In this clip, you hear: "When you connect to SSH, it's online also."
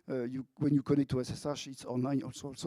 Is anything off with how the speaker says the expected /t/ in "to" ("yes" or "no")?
yes